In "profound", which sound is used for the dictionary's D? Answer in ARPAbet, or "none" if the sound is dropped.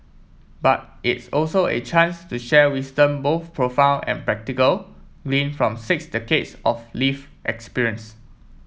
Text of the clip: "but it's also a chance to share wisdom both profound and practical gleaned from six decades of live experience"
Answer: none